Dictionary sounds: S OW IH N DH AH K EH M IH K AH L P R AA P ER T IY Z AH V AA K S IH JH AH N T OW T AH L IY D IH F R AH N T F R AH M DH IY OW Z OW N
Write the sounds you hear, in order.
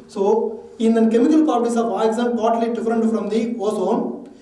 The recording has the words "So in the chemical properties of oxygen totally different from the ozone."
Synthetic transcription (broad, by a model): S OW IH N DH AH K EH M IH K AH L P AA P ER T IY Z AH V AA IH Z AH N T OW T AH L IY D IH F R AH N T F R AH M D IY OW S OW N